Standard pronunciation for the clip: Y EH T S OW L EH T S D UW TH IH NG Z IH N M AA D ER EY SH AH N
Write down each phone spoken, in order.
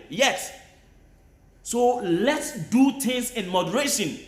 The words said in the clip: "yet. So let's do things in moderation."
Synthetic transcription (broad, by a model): Y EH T S OW L EH T S D UW T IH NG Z IH N M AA D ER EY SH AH N